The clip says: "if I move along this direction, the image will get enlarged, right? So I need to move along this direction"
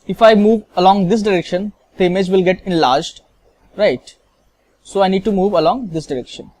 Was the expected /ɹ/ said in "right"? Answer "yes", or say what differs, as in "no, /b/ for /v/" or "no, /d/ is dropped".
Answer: yes